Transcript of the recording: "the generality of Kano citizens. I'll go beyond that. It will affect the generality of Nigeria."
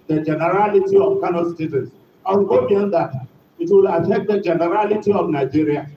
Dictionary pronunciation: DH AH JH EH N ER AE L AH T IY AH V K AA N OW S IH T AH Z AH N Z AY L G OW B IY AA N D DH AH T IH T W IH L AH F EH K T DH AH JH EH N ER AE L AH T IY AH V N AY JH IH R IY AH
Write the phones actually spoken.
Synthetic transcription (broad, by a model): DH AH JH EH N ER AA L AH T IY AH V K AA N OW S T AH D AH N S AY W G OW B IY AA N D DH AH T IH T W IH L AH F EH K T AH JH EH N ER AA L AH T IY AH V N AY JH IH R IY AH